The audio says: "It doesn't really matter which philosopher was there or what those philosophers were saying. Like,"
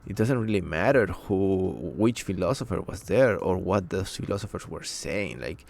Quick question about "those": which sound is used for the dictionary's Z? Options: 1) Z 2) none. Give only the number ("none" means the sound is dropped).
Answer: 2